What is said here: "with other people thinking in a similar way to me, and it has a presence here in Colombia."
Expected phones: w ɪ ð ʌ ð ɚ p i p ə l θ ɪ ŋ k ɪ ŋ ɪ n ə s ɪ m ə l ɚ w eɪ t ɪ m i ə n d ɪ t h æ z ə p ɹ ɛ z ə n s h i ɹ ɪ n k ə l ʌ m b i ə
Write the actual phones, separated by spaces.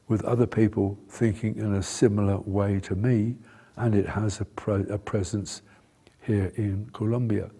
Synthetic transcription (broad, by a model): w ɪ ð ʌ ð ɚ p i p ə l θ ɪ ŋ k ɪ ŋ ɪ n ə s ɪ m l ɚ w eɪ t ɪ m i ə n ɪ t h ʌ z ə p ɹ ɛ z ə n s h i ɹ ɪ n k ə l ʌ m b i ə